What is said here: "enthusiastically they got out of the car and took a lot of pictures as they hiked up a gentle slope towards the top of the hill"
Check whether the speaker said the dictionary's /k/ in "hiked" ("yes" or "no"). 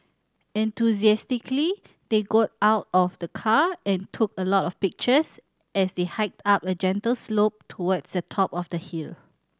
yes